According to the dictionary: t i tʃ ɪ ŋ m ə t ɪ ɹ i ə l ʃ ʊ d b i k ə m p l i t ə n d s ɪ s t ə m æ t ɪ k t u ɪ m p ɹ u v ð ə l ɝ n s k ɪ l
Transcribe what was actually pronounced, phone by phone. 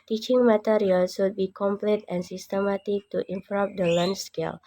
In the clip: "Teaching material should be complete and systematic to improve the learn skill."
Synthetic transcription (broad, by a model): t i tʃ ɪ ŋ m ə t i ɹ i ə l s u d b i k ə m p l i t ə n s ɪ s t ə m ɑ t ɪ k t u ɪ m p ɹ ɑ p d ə l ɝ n s k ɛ l